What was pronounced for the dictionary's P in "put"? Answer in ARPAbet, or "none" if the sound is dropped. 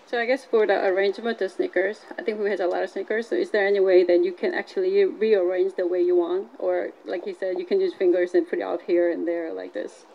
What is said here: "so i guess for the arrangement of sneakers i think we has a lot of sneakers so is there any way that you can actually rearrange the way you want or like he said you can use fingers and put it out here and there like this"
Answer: P